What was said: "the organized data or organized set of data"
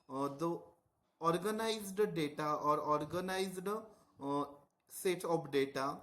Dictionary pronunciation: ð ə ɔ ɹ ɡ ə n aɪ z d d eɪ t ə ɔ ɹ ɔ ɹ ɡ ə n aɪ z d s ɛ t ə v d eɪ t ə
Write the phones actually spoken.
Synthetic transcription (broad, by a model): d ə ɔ ɹ ɡ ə n aɪ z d d eɪ t ə ɔ ɹ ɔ ɹ ɡ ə n aɪ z d s ɛ t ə p d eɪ t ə